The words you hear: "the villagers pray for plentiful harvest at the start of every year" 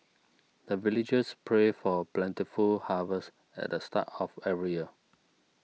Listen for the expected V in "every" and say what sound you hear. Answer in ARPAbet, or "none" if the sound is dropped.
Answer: none